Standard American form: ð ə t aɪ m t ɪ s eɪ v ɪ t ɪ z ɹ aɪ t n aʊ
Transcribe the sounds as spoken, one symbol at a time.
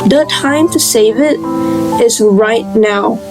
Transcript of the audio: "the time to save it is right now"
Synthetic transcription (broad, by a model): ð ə t aɪ m t ɪ s eɪ v ɪ t ɪ z ɹ aɪ t n aʊ